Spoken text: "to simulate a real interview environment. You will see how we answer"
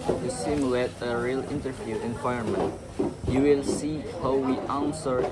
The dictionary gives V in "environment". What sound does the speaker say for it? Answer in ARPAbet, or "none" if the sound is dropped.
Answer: W